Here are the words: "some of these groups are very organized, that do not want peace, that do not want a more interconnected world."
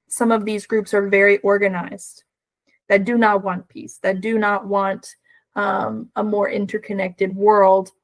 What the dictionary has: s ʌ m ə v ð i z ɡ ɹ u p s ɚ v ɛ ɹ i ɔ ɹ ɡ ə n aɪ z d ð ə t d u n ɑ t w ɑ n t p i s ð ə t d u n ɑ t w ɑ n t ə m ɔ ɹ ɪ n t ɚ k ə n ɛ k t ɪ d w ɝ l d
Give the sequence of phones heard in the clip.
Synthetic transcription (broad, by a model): s ʌ m ə v ð i z ɡ ɹ u p s ɚ v ɛ ɹ i ɔ ɹ ɡ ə n aɪ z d ð ə t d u n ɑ t w ɑ n p i s ð ə t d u n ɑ t w ɑ n t ə m ɔ ɹ ɪ n t ɚ k ə n ɛ k t ɪ d w ɝ l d